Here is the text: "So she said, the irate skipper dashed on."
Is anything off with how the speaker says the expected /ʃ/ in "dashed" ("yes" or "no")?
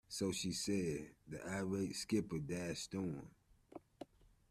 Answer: yes